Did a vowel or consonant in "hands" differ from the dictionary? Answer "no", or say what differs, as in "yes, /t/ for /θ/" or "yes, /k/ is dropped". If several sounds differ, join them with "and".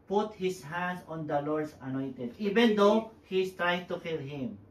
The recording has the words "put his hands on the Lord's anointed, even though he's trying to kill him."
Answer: yes, /s/ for /z/